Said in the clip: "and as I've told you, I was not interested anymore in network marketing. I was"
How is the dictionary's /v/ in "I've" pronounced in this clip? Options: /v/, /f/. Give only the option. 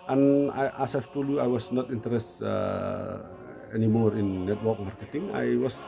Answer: /f/